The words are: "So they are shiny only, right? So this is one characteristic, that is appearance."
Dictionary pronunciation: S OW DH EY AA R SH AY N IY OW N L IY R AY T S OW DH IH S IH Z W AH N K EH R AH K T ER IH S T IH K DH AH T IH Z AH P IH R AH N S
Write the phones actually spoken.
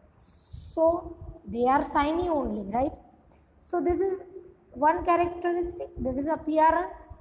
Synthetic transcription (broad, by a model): S OW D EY AA R S AY N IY OW N L IY R AY T S OW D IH S IH Z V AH N K EH R AH K T ER IH S T IH K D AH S IH Z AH P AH R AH N S